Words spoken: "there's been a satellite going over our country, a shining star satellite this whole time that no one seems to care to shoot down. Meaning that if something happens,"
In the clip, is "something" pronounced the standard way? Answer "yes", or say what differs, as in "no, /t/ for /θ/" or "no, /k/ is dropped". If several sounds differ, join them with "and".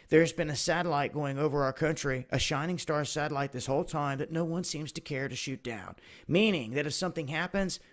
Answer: yes